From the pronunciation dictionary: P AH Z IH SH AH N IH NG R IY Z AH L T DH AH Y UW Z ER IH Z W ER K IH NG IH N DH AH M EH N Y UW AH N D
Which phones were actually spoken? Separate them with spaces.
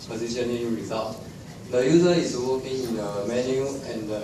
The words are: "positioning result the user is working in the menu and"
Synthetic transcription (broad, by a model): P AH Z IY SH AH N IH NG R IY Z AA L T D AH Y UW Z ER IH S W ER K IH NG IH N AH M EH N Y UW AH N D